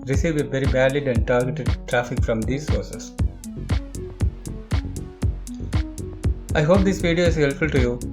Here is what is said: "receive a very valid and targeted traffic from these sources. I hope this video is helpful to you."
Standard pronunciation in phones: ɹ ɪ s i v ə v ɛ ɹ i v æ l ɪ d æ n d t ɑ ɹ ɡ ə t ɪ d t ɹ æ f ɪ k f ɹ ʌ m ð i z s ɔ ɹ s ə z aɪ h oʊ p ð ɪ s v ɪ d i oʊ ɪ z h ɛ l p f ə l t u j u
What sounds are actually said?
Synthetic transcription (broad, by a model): ɹ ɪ s i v ə v ɛ ɹ i b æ l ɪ d æ n d t ɑ ɹ ɡ ə t ɪ d t ɹ æ f ɪ k f ɹ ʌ m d i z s ɔ ɹ s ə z aɪ h oʊ p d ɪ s v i d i oʊ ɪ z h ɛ l f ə l t u j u